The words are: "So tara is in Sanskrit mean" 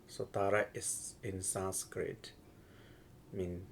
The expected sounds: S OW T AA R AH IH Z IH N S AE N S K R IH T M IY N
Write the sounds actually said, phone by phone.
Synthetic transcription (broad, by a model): S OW T AA R AH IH S IH N S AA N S K R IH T M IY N